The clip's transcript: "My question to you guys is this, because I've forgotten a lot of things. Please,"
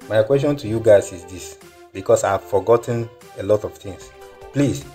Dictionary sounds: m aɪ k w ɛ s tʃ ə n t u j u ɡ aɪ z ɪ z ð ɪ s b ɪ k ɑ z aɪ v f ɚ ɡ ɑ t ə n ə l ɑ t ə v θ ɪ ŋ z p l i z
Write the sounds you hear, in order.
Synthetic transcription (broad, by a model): m aɪ k w ɛ s tʃ ə n t u j u ɡ aɪ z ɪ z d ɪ s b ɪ k ɑ s aɪ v f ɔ ɡ ɑ t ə n ə l ɑ t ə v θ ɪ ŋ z p l i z